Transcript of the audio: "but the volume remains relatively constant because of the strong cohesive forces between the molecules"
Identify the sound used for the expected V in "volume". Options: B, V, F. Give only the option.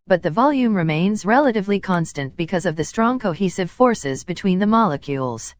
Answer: V